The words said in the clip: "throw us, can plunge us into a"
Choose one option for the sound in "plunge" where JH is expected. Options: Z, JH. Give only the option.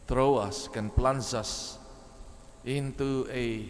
Z